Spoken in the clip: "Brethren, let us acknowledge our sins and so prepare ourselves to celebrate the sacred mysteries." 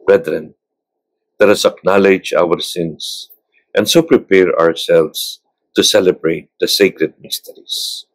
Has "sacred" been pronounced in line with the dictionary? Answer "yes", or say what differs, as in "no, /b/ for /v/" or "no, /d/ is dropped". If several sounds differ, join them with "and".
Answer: yes